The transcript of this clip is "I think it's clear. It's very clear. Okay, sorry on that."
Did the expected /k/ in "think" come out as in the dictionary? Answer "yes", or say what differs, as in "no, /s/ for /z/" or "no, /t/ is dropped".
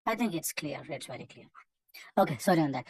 yes